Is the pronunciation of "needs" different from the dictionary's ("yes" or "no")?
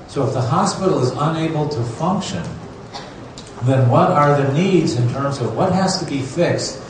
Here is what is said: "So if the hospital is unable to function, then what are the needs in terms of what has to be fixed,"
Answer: no